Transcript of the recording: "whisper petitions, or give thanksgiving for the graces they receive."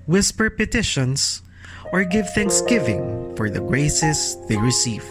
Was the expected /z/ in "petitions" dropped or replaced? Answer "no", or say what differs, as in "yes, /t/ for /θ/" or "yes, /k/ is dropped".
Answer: yes, /s/ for /z/